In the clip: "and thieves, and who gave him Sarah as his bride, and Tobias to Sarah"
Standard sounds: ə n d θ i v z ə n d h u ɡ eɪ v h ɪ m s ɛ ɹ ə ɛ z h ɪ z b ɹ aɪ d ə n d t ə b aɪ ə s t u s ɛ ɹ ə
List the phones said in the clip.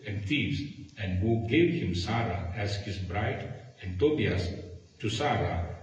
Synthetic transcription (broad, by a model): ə n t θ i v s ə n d h u ɡ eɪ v h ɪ m s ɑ ɹ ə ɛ s h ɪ s b ɹ aɪ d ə n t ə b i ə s t u s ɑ ɹ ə